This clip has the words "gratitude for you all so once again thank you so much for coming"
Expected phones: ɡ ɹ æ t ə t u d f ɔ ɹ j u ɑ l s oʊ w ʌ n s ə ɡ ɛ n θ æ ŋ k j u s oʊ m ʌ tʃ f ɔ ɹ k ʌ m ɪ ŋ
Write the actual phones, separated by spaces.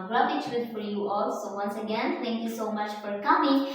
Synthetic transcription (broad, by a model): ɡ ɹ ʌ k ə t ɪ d f ɔ ɹ j u ɑ l s oʊ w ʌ n s ə ɡ ɛ n t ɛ ŋ k j u s oʊ m ʌ tʃ f ɔ ɹ k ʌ m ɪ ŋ